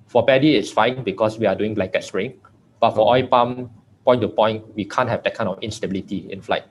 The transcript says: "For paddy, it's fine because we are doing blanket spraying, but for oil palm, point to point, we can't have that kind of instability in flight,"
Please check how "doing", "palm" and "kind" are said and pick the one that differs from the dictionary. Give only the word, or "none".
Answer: kind